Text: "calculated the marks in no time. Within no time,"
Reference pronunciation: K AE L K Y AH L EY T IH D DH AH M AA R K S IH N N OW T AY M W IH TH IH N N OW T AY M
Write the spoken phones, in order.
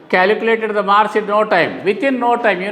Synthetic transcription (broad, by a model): K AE L K Y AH L EY T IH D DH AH M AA R S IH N N OW T AY M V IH T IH N N OW T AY M